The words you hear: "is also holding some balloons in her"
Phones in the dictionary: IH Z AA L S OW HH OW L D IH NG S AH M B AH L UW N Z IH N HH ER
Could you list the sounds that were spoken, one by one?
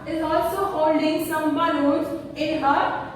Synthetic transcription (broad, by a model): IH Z AA L S OW HH OW L D IH NG S AH M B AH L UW Z IH N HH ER